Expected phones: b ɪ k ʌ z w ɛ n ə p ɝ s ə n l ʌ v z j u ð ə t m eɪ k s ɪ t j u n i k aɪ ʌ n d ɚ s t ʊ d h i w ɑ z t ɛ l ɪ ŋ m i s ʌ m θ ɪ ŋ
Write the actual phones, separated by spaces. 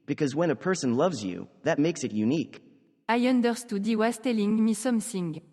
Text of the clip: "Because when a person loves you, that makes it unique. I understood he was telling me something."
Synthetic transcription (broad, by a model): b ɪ k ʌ z w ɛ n ə p ɝ s ə n l ʌ v z j u ð ə t m eɪ k s ɪ t j u n i k aɪ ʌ n d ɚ s t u d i w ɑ s t ɛ l ɪ ŋ m i s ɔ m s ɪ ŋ